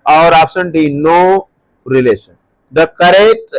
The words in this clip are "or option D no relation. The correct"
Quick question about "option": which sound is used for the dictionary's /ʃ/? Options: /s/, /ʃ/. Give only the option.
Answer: /s/